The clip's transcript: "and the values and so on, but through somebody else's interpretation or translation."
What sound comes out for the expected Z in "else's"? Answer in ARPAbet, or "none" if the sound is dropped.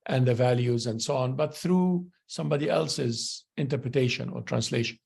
Z